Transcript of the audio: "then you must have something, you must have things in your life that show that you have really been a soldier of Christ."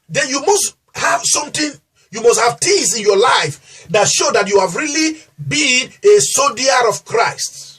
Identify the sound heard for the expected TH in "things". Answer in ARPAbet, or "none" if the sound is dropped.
T